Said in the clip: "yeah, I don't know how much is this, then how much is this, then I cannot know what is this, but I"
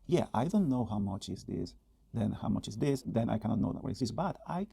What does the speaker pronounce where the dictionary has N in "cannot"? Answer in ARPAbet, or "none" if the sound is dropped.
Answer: none